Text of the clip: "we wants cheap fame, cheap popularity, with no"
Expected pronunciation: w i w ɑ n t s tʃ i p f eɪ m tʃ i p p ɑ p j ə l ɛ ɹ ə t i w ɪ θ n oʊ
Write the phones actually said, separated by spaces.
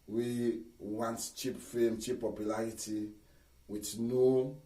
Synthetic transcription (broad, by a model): w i w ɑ n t tʃ i p f eɪ m tʃ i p p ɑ p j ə l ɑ ɹ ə t i w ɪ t n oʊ